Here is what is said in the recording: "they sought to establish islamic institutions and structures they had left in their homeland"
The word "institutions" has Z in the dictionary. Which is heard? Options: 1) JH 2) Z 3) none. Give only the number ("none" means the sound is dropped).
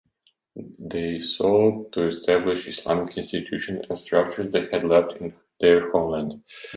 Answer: 3